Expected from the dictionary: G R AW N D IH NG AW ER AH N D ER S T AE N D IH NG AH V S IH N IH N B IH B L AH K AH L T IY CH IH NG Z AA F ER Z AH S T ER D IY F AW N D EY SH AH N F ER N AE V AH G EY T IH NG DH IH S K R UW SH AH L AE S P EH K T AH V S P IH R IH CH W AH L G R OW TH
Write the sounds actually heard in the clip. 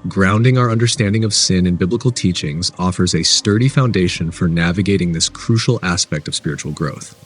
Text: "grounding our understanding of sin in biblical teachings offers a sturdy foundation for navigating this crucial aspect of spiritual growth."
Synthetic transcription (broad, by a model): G R AW N D IH NG AW ER AH N D ER S T AE N D IH NG AH V S IH N IH N B IH B L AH K L T IY CH IH NG Z AA F ER Z AH S T ER D IY F AW N D EY SH AH N F ER N AE V AH G EY T IH NG DH IH S K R UW SH L AE S P EH K T AH V S P IH R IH CH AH L G R OW TH